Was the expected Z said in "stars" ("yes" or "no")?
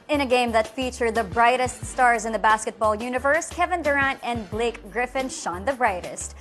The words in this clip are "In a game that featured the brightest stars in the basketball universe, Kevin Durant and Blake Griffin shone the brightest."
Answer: yes